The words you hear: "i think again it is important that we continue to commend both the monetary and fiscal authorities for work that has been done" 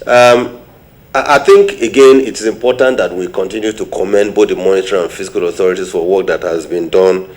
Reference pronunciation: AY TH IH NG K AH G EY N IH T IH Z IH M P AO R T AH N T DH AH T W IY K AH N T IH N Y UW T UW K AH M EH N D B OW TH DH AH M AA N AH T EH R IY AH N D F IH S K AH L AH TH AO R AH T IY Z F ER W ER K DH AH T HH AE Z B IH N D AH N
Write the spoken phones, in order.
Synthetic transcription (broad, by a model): AY TH IH NG K AH G EY N IH T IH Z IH M P AO T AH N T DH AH T W IY K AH N T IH N Y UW T UW K AH M EH N D B OW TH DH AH M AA N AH T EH R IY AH N F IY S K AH L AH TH AO R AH T IY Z F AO W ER K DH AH T HH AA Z B IH N D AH N